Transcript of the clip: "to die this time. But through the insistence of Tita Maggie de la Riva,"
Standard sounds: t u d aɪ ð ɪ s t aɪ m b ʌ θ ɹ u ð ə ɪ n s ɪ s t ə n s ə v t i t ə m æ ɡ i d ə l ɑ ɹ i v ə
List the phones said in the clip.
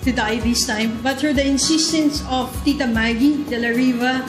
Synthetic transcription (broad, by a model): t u d aɪ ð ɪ s t aɪ m b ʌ t ɹ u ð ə ɪ n s ɪ s t ə n s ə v t i t ə m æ ɡ i d ə l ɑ ɹ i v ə